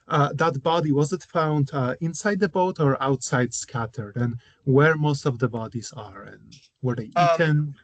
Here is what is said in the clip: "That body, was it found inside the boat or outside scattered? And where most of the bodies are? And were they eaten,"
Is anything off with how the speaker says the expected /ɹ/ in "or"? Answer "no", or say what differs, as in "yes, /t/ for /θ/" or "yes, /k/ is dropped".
no